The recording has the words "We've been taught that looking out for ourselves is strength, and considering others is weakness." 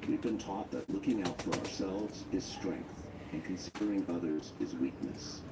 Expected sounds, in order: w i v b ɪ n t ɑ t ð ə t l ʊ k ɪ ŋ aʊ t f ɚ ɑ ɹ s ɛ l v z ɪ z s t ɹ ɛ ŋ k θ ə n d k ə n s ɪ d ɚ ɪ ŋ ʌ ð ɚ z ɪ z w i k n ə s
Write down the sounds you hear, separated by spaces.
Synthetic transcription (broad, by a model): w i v b ɪ n t ɑ t ð ə t l ʊ k ɪ ŋ aʊ t f ɚ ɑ ɹ s ɛ l v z ɪ z s t ɹ ɛ ŋ k θ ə n k ə n s ɪ d ɚ ɪ ŋ ʌ ð ɚ z ɪ z w i k n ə s